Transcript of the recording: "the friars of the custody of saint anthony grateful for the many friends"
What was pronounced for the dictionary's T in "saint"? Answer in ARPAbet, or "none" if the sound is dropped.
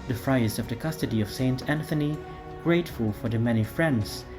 T